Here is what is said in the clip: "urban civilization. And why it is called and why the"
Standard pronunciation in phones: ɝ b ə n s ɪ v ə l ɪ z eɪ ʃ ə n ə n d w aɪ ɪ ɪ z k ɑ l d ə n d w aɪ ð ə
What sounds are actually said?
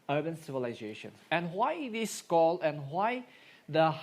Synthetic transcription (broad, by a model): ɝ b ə n s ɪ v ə l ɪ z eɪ ʃ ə n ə n w aɪ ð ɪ s k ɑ l ə n w aɪ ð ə